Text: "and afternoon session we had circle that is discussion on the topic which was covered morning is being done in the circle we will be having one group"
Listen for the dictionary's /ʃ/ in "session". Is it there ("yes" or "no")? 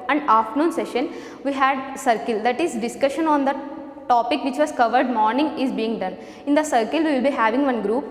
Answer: yes